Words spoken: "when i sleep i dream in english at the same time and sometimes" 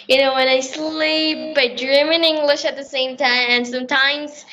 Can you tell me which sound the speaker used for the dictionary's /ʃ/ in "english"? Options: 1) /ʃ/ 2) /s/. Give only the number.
1